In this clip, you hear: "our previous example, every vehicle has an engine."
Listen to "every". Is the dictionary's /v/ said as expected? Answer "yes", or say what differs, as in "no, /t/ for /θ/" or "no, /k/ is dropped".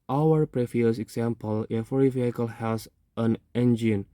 no, /f/ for /v/